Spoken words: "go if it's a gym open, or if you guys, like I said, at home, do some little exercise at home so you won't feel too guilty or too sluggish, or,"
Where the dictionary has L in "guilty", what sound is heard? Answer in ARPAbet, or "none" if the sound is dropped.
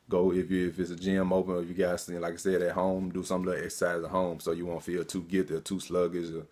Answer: none